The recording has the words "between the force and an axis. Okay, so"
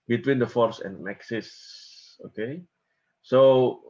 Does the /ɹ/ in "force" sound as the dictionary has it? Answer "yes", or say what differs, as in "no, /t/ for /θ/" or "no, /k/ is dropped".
yes